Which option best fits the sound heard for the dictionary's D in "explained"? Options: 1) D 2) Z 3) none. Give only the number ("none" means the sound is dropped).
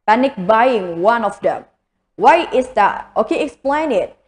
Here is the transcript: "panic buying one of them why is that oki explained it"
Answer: 3